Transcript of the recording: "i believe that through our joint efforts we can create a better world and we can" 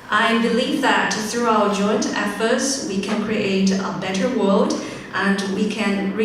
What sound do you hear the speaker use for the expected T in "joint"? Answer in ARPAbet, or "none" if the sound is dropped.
T